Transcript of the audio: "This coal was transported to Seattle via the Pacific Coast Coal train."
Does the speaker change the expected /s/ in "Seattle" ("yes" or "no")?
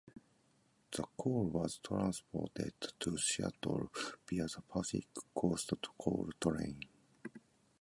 yes